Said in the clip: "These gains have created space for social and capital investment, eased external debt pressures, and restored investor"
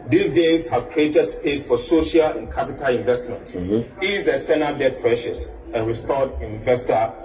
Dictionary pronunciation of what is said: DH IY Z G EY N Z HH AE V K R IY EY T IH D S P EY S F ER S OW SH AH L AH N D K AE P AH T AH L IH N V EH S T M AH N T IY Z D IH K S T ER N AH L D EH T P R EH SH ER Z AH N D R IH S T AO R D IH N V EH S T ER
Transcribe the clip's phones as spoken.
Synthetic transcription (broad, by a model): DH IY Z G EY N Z HH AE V K R IY EY T IH D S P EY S F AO S OW SH AH L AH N K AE P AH T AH L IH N V EH S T M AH N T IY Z IH S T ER N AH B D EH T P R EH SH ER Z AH N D R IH S T AO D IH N V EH S T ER